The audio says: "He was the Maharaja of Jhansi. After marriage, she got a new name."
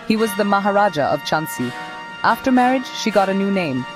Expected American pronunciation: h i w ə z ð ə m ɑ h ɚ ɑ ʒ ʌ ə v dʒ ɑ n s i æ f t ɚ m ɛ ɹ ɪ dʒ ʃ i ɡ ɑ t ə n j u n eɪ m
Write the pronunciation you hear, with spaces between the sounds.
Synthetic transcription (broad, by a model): h i w ə z ð ə m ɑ h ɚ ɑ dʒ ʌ ə v tʃ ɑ n s i æ f t ɚ m ɛ ɹ ɪ dʒ ʃ i ɡ ɑ t ə n j u n eɪ m